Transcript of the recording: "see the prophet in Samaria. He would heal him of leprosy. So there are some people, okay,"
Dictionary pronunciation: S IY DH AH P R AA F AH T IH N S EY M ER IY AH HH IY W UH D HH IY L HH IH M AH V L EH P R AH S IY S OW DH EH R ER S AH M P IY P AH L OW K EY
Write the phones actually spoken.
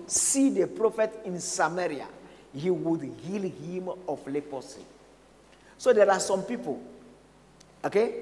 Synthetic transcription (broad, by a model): S IY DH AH P R AA F AH T IH N S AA M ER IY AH HH IY W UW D HH IY L HH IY M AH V L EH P AH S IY S OW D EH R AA S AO M P IY P AH L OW K EY